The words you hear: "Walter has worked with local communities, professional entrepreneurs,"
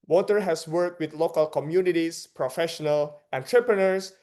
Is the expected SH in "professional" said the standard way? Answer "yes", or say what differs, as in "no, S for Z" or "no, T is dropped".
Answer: yes